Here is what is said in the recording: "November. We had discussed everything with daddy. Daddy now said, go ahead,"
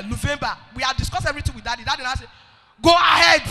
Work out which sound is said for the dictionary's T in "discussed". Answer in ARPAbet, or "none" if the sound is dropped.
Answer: none